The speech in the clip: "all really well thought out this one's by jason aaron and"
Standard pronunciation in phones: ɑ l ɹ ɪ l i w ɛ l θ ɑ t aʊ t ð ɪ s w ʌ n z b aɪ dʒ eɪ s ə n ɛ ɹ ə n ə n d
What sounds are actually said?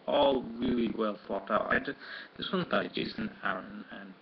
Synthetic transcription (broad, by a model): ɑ l ɹ ɪ l i w ɛ l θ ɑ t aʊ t ð ɪ s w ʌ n b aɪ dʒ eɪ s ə n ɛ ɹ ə n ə n